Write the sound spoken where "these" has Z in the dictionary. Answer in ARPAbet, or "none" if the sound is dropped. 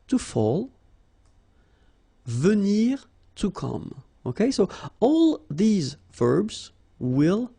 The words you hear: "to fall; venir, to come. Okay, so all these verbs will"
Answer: Z